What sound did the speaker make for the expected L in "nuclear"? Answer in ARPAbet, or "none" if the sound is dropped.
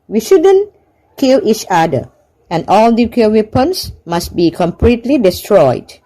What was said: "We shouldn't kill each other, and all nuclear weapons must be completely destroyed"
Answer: none